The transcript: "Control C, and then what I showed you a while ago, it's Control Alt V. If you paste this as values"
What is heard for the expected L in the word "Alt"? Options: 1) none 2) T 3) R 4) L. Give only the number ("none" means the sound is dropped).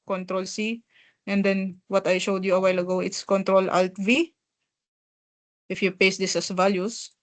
4